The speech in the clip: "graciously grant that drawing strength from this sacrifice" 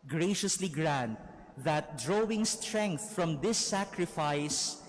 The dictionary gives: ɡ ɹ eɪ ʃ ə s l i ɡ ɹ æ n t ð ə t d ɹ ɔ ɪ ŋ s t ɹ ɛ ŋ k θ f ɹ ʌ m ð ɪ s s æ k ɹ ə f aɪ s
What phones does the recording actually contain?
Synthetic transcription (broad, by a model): ɡ ɹ eɪ ʃ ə s l i ɡ ɹ æ n t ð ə t d ɹ ɔ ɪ ŋ s t ɹ ɛ ŋ k θ f ɹ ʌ m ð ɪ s s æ k ɹ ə f aɪ s